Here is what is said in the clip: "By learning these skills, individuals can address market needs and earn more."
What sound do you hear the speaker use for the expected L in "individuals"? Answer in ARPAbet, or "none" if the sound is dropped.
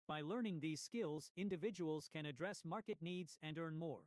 L